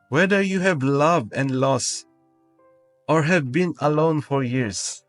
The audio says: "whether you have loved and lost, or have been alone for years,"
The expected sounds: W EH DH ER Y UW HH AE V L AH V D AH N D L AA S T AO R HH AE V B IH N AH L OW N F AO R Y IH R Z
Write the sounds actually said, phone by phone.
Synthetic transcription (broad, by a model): W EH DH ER Y UW HH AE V L AH V D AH N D L AA S T AO R HH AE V B IH N AH L OW N F AO R Y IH R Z